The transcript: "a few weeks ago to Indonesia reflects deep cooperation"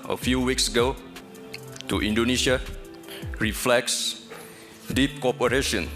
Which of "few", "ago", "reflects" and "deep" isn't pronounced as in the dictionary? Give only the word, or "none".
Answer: none